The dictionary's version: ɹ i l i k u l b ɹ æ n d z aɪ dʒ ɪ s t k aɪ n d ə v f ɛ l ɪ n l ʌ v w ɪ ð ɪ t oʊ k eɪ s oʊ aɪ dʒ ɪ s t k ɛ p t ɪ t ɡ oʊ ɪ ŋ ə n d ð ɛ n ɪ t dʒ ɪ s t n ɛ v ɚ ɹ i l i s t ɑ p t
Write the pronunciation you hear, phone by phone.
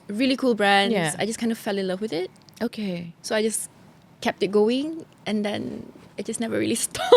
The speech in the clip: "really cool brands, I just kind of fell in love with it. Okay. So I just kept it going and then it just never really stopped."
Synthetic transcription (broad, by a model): ɹ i l i k u l b ɹ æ n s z aɪ dʒ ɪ s k aɪ n d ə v f ɛ l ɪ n l ʌ v w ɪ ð ɪ t oʊ k eɪ s oʊ aɪ dʒ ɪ s k ɛ p t ɪ t ɡ oʊ ɪ ŋ ə n d ɛ n ɪ t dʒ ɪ s n ɛ v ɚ ɹ i l i s t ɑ